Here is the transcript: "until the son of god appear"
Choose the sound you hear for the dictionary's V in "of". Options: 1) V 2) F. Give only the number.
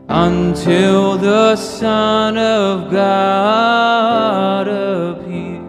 1